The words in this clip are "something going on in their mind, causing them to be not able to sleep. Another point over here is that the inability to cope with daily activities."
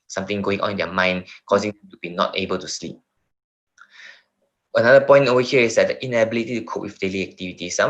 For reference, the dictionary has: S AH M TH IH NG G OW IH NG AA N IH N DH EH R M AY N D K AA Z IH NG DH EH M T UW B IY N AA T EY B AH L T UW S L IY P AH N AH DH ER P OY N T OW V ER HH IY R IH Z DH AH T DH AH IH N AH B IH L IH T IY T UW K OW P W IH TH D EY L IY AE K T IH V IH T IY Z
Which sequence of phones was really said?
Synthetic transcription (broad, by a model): S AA M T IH NG G OW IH NG AA N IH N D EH M AY N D K AA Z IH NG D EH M T UW B IY N AA T EY B AH L T UW S L IY P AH N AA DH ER P OY N T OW EH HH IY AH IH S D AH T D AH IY N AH B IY L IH T IY T UW K OW P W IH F D EY L IY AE K T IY V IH T IY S